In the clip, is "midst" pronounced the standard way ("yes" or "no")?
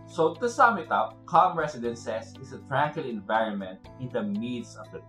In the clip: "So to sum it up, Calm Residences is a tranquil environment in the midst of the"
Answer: no